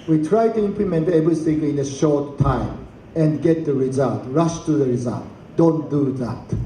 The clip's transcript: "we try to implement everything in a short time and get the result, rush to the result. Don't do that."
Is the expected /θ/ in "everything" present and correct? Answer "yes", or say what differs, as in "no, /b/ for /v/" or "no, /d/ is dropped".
no, /s/ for /θ/